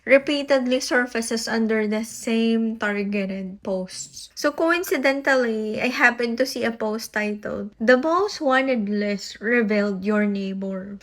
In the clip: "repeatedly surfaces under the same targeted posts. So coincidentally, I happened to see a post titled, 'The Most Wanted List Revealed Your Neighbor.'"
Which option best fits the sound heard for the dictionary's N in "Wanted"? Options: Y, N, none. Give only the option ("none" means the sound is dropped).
N